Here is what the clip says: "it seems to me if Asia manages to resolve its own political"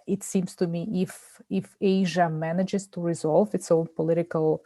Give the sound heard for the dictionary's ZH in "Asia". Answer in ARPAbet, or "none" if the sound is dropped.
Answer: ZH